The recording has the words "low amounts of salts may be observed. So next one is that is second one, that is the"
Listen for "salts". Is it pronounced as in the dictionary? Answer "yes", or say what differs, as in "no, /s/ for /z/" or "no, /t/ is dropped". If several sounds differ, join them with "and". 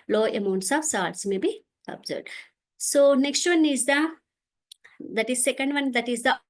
no, /l/ is dropped